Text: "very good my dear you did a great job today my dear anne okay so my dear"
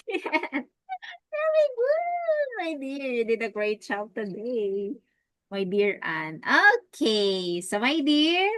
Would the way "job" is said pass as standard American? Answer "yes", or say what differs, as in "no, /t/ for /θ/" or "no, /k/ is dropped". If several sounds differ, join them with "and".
no, /tʃ/ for /dʒ/